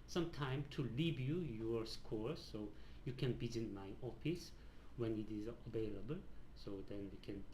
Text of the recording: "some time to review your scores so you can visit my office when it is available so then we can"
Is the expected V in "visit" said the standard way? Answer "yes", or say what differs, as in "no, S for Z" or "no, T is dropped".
no, B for V